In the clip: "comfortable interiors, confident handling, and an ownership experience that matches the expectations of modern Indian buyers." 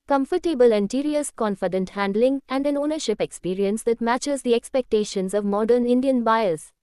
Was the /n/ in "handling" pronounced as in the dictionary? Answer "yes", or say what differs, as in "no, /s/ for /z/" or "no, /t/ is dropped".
yes